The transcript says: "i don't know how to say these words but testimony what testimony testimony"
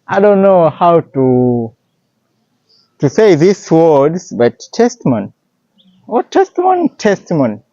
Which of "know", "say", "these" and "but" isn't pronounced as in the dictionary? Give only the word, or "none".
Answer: these